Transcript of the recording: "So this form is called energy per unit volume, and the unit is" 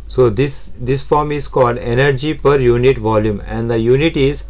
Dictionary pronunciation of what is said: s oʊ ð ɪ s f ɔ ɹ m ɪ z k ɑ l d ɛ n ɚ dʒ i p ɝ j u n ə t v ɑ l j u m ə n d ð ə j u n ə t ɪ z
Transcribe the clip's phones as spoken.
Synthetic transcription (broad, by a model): s oʊ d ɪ s f ɔ ɹ m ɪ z k ɑ l d ɛ n ɚ dʒ i p ɝ j u n ə t v ɑ l j u m ə n d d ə j u n ə t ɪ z